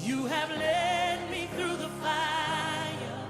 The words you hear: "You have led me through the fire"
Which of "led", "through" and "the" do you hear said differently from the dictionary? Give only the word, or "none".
none